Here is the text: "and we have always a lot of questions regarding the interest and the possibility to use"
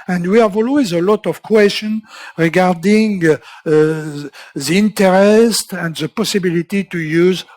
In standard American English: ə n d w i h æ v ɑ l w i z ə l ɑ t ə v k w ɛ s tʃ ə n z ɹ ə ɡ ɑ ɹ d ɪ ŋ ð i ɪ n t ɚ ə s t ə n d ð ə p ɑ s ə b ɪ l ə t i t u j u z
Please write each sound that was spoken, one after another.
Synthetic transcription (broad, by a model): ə n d w i h æ v ɑ l w i z ə l ɑ t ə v k w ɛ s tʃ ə n ɹ ə ɡ ɑ ɹ d ɪ ŋ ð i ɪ n t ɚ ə s t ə n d ð ə p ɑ s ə b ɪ l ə t i t u j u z